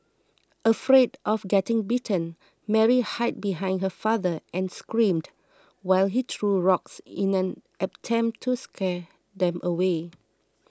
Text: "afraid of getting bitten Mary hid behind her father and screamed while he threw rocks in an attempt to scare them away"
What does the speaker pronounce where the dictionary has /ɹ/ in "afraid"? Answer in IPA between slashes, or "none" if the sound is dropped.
/ɹ/